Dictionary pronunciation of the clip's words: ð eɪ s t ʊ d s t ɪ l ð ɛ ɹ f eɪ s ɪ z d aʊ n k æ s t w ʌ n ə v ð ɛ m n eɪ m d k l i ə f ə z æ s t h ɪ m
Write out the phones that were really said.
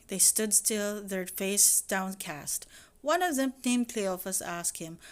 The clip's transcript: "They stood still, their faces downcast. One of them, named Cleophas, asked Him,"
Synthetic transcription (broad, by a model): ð eɪ s t ʊ d s t ɪ l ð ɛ ɹ f eɪ ɪ s d aʊ n k æ s t w ʌ n ə v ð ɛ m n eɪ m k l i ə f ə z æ s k h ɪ m